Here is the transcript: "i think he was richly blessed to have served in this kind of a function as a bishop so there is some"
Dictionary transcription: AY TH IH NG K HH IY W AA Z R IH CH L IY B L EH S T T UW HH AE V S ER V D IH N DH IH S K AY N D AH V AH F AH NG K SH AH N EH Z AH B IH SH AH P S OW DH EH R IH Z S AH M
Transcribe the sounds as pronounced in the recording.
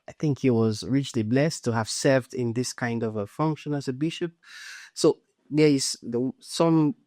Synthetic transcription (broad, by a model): AY TH IH NG K HH IY W AA Z R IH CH L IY B L EH S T T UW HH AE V S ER V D IH N DH IH S K AY N D AH V AH F AH NG K SH AH N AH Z AH B IH SH AH P S OW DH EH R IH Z S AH M